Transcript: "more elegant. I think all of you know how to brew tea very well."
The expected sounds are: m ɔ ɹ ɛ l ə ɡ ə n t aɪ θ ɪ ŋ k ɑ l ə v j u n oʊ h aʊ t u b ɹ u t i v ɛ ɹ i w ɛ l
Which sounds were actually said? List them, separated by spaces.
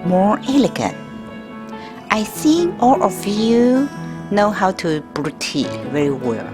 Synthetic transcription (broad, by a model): m ɔ ɹ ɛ l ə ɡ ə n t aɪ s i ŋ ɑ l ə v j u n oʊ h aʊ t u b ɹ u t i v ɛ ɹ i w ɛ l